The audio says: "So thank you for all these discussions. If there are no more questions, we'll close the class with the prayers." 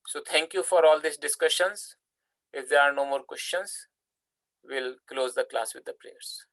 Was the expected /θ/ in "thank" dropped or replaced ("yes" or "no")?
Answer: yes